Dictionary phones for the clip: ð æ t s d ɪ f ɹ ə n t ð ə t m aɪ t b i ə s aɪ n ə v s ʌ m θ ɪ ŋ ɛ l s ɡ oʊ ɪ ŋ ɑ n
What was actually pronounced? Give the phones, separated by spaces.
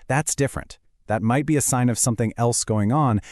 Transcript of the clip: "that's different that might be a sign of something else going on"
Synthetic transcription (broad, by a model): ð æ t s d ɪ f ɹ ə n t ð ə t m aɪ t b i ə s aɪ n ə v s ʌ m θ ɪ ŋ ɛ l s ɡ oʊ ɪ ŋ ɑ n